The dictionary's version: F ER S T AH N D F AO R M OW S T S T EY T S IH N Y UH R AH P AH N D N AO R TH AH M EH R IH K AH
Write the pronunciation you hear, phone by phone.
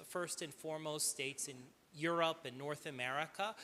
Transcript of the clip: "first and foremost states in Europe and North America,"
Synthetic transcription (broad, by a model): F ER S T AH N F AO R M OW S T S T EY T S IH N Y UH R AH P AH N N AO R TH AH M EH R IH K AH